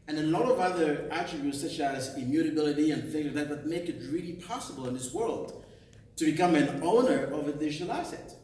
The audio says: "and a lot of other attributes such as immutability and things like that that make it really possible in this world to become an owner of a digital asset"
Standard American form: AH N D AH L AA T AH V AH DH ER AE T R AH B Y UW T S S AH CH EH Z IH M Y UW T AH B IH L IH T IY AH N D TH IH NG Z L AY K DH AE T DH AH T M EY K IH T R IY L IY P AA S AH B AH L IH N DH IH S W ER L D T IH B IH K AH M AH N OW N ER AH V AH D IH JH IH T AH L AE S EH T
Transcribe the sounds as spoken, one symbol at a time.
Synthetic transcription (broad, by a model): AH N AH L AA T AH V AH DH ER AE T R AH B Y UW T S S AH CH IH Z IH M Y UW T AH B IH L IH T IY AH N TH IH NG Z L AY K DH AE T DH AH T M EY K IH T R IY L IY P AA S AH B AH L IH N DH IH S W ER L D T IH B IH K AH M AH N OW N ER AH V AH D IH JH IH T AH L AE S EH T